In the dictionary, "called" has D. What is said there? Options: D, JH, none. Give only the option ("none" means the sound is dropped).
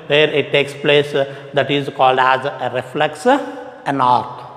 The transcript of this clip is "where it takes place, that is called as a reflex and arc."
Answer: D